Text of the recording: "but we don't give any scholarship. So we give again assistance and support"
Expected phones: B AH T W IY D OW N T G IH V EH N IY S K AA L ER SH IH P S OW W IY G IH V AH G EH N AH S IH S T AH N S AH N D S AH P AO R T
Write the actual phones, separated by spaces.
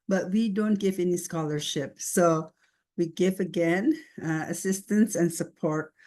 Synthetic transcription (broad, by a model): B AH T W IY D OW N T G IH V EH N IY S K AA L ER SH IH P S OW W IY G IH V AH G EH N AH S IH S T AH N S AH N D S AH P AO R T